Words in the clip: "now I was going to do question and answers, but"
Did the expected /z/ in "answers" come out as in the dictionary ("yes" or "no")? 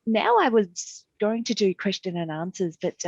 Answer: yes